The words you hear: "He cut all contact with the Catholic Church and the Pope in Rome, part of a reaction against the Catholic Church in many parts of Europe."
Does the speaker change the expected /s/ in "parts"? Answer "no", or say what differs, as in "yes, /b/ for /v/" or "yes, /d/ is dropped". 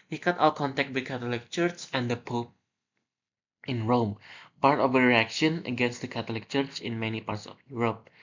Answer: no